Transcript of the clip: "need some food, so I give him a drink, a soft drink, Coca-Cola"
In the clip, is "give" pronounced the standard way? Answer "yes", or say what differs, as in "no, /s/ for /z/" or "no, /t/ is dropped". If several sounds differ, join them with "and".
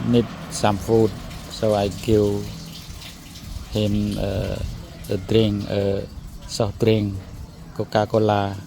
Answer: no, /w/ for /v/